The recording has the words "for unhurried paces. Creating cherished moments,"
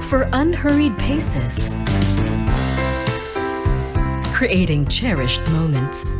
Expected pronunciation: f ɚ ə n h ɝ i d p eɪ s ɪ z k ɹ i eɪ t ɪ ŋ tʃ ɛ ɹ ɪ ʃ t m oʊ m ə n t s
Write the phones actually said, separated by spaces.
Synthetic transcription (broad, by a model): f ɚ ə n h ɝ i d p eɪ s ɪ z k ɹ i eɪ t ɪ ŋ tʃ ɛ ɹ ɪ ʃ t m oʊ m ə n t s